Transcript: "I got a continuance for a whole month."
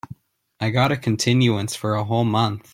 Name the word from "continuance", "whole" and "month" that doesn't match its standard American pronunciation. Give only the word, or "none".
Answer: none